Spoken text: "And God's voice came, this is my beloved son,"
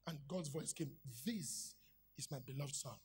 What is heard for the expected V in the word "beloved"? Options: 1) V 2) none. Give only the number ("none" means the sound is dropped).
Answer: 1